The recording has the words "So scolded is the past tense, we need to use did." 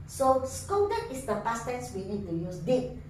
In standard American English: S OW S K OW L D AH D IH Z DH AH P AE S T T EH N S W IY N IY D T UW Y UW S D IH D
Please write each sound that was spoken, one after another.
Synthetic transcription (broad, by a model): S OW S K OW D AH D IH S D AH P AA S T T EH N S W IY N IY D T UW Y UW S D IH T